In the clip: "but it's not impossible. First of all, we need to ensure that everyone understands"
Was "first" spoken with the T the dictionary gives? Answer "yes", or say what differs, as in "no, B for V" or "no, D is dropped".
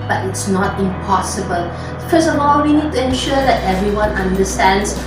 no, T is dropped